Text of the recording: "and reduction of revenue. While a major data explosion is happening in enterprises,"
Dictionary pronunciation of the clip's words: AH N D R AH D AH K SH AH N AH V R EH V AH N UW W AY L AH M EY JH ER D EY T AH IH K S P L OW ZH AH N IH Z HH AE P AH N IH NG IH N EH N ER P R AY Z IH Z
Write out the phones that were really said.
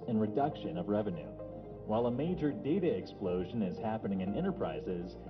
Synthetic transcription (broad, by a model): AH N R AH D AH K SH AH N AH V R EH V AH N UW W AY L AH M EY JH ER D EY T AH IH K S P L OW ZH AH N IH Z HH AE P AH N IH NG IH N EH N ER P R AY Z IH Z